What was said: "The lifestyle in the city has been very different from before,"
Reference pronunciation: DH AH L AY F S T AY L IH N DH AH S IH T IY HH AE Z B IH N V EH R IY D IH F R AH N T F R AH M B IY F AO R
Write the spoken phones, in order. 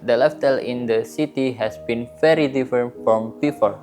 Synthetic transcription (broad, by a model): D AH L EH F T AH L IH N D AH S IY T IY HH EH S B IH N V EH R IY D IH F R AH N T F R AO M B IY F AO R